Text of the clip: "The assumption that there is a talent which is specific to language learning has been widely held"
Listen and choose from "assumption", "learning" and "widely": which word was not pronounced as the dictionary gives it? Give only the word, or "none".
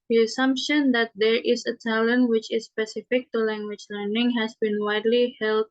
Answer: none